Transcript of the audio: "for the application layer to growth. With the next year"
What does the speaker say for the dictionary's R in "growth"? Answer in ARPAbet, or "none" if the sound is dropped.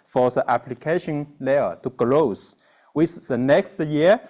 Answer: L